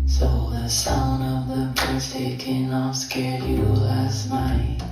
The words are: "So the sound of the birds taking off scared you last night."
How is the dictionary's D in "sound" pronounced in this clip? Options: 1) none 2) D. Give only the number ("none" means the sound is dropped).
1